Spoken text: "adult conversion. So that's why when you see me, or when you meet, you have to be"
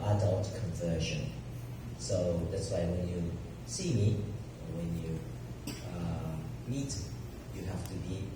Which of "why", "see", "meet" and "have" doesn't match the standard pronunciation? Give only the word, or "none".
have